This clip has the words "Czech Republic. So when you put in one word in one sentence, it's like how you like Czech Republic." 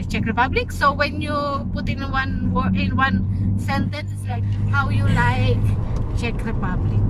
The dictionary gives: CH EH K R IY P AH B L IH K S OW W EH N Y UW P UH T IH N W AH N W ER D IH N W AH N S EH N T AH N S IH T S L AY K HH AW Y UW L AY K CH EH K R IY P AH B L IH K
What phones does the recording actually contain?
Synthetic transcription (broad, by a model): CH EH K R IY P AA B L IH K S OW W EH N Y UW P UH T IH N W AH N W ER IH N W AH N S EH N T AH N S S L AY K HH AW Y UW L AY K CH EH K R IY P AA B L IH K